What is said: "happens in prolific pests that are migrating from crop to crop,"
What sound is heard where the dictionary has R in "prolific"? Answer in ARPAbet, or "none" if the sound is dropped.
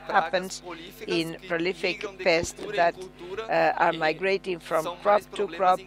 R